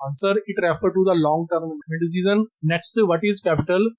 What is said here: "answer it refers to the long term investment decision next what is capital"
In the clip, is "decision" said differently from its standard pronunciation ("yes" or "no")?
yes